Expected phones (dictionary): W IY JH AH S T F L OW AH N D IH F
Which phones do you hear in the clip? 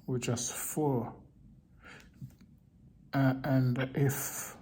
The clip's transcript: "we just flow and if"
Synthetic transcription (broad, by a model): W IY JH AH S T F OW AH N D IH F